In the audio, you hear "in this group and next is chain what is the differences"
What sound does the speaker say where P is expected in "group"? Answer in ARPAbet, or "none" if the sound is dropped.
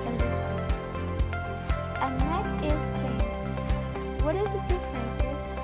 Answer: none